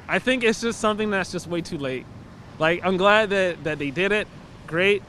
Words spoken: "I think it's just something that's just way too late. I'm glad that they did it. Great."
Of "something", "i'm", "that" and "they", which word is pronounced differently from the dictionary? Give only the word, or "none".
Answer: none